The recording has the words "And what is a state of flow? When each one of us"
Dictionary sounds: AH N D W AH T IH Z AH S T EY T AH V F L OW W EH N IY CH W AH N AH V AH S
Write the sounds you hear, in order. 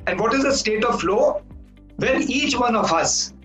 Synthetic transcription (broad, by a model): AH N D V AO T IH Z AH S T EY T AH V F L OW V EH N IY CH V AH N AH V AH S